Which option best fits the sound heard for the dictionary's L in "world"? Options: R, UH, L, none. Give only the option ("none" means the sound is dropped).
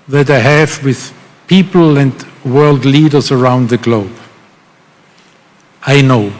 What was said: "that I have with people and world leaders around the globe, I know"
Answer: L